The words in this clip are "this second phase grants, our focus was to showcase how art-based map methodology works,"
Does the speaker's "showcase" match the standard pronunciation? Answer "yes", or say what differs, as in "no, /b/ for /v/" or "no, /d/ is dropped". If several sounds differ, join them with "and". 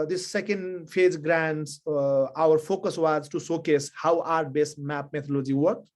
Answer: no, /s/ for /ʃ/